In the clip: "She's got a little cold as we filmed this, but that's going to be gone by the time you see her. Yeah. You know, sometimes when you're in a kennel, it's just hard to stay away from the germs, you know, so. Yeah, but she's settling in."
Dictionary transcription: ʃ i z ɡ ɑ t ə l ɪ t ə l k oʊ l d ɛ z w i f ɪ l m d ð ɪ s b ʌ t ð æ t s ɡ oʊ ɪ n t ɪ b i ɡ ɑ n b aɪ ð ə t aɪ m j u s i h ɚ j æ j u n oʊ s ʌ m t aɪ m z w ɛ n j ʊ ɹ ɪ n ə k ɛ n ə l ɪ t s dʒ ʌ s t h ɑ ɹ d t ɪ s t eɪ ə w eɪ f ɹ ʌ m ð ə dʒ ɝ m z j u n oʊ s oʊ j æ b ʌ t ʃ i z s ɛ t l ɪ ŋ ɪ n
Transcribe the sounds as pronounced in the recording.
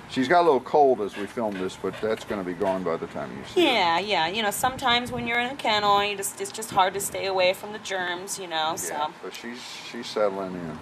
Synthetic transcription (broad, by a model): ʃ i z ɡ ɑ t ə l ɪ t l k oʊ l d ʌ z w i f ɪ l m ð ɪ s b ʌ t ð æ t s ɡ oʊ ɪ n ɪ b i ɡ ɑ n b aɪ ð ə t aɪ m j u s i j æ j æ j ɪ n oʊ s ʌ m t aɪ m z w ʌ n j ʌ ɹ ɪ n ə k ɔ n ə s ɪ t s dʒ ʌ s t h ɑ ɹ d t ɪ s t eɪ ə w eɪ f ɹ ʌ m ð ə dʒ ɝ m z j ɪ n oʊ s oʊ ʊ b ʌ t ʃ i z s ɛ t l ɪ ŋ ɪ n